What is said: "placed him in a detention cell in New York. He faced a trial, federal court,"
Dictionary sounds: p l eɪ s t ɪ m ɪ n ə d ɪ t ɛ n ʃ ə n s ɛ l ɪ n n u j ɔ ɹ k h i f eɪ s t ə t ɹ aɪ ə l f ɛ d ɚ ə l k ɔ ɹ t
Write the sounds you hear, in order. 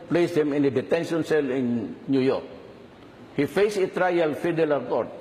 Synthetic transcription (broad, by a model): p l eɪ s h ɪ m ɪ n ə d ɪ t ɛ n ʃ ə n s ɛ l ɪ n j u j ɔ ɹ k h i f eɪ s ə t ɹ aɪ ə l f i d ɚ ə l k ɔ ɹ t